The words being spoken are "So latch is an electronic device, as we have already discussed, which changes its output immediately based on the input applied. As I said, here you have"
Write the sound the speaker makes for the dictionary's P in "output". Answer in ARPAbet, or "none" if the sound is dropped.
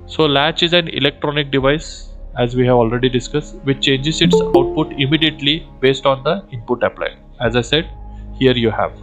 P